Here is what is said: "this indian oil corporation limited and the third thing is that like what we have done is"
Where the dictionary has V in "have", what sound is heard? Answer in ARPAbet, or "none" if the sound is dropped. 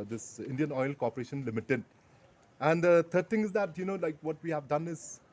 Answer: V